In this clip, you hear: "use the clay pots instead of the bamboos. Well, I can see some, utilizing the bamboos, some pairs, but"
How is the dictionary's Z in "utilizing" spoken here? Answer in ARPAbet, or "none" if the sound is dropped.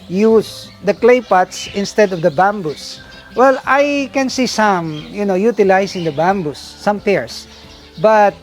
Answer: S